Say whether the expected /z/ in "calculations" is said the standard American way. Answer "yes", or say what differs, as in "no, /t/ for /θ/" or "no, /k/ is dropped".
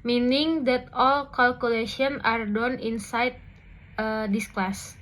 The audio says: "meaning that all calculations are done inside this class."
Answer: no, /z/ is dropped